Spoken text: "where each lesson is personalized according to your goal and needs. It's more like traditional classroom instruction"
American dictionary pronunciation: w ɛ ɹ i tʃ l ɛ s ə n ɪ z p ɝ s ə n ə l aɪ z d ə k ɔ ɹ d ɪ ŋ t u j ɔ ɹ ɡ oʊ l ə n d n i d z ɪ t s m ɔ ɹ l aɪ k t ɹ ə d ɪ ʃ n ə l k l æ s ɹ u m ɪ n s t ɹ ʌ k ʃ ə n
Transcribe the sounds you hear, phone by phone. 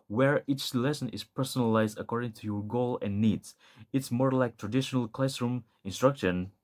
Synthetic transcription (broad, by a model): w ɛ ɹ i tʃ l ɛ s ə n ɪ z p ɝ s ə n ə l aɪ z d ə k ɔ ɹ d ɪ ŋ t u j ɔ ɹ ɡ oʊ l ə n n i d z ɪ t s m ɔ ɹ l aɪ k t ɹ ə d ɪ ʃ n ə l k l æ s ɹ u m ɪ n s t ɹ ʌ k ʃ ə n